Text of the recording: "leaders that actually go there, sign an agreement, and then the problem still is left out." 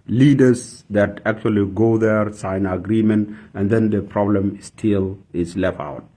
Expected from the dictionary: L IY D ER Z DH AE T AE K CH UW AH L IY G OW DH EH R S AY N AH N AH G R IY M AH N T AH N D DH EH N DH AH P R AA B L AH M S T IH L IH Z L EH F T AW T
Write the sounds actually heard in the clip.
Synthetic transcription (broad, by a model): L IY D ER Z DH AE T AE K CH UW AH L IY G OW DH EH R S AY AH N AH G R IY M AH N T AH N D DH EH N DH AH P R AA B L AH M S T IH L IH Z L EH F T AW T